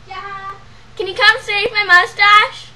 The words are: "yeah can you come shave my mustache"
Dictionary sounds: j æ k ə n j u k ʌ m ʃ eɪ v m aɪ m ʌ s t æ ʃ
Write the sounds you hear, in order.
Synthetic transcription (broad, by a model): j k ə n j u k ʌ m s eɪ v m aɪ m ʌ s t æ ʃ